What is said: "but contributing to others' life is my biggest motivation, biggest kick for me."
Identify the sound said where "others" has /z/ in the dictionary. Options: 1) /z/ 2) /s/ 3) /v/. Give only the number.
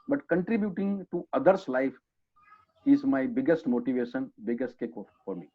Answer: 2